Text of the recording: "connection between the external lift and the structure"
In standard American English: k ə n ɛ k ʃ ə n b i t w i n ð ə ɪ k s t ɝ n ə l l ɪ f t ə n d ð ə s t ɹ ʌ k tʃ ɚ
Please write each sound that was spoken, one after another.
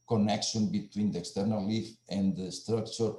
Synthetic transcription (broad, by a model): k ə n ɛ k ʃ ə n b i t w i n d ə ɪ k s t ɝ n ə l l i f ə n d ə s t ɹ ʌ k tʃ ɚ